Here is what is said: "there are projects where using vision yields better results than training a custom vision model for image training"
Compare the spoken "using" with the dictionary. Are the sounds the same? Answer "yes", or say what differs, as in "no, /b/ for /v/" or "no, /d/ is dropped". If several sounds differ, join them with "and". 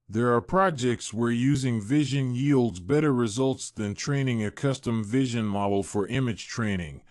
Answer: yes